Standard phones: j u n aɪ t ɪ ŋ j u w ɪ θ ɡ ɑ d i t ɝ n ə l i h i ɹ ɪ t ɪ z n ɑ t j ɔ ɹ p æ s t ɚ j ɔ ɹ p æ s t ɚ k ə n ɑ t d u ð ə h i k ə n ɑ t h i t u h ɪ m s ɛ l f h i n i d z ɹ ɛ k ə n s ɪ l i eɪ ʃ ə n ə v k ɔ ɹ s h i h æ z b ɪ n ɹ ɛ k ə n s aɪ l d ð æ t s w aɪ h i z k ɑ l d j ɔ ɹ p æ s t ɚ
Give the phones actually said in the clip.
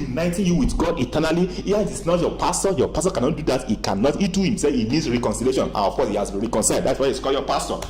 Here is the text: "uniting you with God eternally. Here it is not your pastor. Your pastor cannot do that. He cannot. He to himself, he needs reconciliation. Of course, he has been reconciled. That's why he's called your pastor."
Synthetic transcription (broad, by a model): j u n aɪ t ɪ j u w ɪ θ ɡ ɑ d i t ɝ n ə l i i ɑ ɪ t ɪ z n ɑ t j ɔ p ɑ s t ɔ j ɔ p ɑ s t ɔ k ə n ɑ t d u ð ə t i k ə n ɑ t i t u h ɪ m s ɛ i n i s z ɹ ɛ k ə n s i l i eɪ ʃ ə n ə f k ɔ s h i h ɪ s ɹ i k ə n s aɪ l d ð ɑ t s w aɪ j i s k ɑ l j ɔ p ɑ s t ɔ